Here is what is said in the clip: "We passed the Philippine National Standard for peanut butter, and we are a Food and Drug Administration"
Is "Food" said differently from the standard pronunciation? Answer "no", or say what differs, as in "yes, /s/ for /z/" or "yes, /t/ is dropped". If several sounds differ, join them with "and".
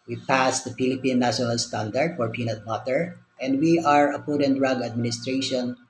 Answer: yes, /p/ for /f/